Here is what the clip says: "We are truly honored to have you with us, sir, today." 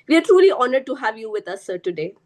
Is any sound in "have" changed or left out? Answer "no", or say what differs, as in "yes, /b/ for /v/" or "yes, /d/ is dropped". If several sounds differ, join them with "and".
no